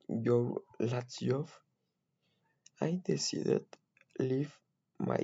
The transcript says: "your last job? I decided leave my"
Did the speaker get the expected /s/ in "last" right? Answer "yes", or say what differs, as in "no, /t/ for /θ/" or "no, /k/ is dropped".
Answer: no, /s/ is dropped